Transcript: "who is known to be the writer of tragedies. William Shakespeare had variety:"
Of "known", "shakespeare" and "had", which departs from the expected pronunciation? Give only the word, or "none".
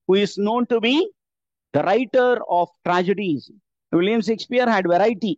shakespeare